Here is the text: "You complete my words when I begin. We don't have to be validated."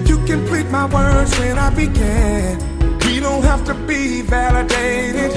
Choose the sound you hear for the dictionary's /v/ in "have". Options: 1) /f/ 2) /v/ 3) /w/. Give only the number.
1